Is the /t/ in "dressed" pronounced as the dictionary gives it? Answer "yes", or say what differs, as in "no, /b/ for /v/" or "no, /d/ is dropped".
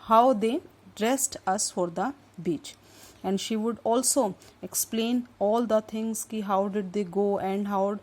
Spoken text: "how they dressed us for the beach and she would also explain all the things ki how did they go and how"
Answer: yes